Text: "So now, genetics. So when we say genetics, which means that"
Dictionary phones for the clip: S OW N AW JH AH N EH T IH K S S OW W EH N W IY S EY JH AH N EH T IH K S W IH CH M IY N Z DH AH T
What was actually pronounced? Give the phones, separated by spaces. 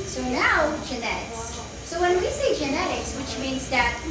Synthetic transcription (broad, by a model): S OW N AW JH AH N EH T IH K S S OW W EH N W IY S EY JH AH N EH T IH K S W IH CH M IY N Z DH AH T